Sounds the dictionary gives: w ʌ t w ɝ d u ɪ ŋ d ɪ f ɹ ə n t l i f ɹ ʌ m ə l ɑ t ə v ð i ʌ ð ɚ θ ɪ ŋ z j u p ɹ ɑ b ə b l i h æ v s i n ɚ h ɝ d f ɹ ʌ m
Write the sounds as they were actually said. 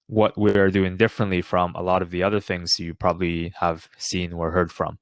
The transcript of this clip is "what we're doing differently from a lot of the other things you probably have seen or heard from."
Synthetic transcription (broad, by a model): w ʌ t w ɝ d u ɪ ŋ d ɪ f ɹ ə n t l i f ɹ ʌ m ə l ɑ t ə v ð i ʌ ð ɚ θ ɪ ŋ z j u p ɹ ɑ b ə b l i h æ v s i n ɚ h ɝ d f ɹ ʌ m